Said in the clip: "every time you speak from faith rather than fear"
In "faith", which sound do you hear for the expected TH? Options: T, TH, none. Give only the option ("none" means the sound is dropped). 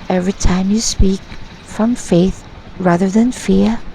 TH